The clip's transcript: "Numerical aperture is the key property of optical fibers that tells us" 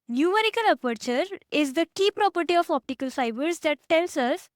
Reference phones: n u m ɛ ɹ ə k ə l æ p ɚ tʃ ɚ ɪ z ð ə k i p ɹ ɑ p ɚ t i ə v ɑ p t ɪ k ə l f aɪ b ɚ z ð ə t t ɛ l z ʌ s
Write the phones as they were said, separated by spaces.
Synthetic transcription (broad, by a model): n u m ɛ ɹ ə k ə l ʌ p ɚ tʃ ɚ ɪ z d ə k i p ɹ ɑ p ɚ t i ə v ɑ p t ɪ k ə l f aɪ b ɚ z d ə t t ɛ l s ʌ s